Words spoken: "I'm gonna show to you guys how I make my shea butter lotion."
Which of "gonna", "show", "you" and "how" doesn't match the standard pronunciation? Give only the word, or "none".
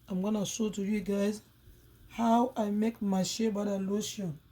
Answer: show